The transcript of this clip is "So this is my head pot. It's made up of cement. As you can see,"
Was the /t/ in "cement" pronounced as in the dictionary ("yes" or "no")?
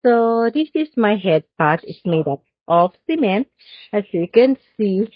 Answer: no